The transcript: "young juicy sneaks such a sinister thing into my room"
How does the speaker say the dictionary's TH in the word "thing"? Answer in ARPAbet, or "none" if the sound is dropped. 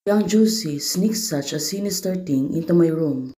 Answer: T